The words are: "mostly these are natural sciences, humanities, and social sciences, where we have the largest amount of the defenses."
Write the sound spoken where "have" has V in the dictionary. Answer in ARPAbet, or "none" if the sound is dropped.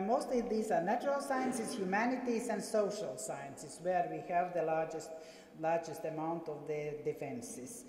V